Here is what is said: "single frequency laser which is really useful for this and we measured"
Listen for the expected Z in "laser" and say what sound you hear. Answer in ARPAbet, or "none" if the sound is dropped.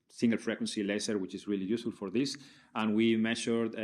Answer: S